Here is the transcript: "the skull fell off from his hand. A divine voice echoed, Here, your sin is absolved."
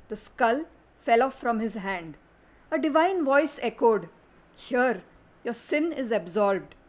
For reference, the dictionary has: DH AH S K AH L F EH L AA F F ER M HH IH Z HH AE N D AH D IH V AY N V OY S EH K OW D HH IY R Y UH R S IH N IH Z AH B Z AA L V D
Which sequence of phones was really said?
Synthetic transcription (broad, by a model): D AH S K AH L F EH L AA F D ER M HH IH Z HH AE N D AH D IH V AY N V OY S EH K OW D HH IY R Y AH R S IH N IH Z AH B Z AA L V D